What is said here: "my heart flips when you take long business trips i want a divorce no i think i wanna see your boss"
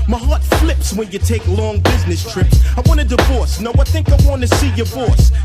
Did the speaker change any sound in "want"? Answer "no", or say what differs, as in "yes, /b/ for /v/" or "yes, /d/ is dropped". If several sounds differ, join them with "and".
yes, /t/ is dropped